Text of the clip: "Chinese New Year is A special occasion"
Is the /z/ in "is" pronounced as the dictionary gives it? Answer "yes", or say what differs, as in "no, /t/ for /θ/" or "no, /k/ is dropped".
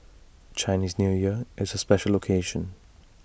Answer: yes